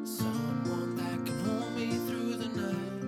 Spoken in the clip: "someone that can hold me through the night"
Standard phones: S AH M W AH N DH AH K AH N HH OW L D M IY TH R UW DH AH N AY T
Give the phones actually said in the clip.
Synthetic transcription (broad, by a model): S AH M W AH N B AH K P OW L M IY TH R UW DH AH N AY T